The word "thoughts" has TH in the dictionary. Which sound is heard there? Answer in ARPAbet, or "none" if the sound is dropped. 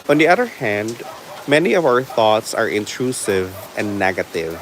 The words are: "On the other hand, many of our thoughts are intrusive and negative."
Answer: TH